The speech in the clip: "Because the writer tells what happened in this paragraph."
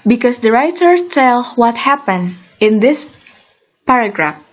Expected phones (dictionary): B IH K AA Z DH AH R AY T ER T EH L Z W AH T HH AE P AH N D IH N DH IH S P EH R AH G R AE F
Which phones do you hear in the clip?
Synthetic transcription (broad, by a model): B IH K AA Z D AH R AY T ER T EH L W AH T HH AE P AH N D IH N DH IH S P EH R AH G R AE F